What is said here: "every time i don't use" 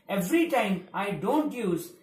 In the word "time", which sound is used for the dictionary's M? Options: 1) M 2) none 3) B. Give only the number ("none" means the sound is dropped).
1